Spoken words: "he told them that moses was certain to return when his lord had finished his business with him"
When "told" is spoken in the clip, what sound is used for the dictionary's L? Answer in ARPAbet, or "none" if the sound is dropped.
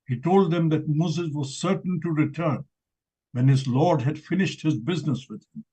L